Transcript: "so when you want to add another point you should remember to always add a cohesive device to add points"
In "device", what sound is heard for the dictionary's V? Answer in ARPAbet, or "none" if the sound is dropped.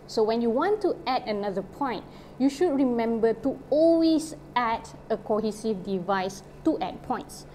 V